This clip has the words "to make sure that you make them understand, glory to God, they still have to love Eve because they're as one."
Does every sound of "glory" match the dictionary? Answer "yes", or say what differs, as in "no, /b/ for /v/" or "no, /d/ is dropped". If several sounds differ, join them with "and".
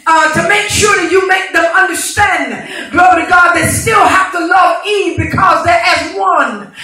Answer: no, /ɹ/ is dropped